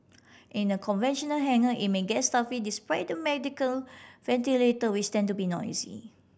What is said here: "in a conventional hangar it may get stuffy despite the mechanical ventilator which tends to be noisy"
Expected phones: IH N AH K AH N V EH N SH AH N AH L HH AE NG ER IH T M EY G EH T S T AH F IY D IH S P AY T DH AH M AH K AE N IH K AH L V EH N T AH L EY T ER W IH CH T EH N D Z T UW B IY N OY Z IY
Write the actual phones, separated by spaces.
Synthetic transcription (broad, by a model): IH N AH K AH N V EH N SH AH N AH L HH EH NG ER IH T M EY G EH T S T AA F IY D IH S P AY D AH M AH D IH K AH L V EH N T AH L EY T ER W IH S T EH N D T UW B IY N OY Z IY